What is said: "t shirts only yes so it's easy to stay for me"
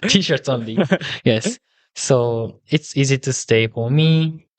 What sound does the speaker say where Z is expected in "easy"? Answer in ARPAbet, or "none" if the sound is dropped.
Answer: Z